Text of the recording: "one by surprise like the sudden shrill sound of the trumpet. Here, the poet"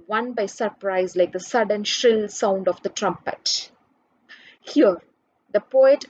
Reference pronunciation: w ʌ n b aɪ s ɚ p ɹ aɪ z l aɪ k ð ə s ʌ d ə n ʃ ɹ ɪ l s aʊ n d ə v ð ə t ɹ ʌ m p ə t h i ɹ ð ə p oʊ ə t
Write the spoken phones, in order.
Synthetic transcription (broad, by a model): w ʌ n b aɪ s ɚ p ɹ aɪ z l aɪ k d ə s ʌ d ə n ʃ ɹ ɪ l s aʊ n d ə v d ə t ɹ ʌ m p ə t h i ɹ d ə p oʊ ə t